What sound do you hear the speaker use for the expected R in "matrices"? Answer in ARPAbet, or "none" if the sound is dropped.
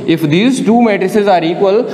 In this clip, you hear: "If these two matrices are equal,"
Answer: R